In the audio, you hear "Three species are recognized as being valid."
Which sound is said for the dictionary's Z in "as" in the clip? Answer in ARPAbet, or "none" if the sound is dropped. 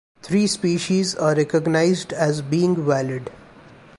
Z